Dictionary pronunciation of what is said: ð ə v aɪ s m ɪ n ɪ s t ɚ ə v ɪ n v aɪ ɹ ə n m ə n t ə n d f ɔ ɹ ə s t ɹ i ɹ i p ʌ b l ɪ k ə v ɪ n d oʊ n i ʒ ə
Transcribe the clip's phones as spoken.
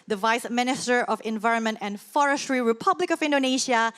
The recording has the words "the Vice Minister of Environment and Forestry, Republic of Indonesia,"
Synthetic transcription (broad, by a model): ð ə v aɪ s m ɪ n ɪ s t ɚ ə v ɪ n v aɪ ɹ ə n m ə n t ə n d f ɔ ɹ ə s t ɹ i ɹ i p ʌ b l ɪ k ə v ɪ n d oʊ n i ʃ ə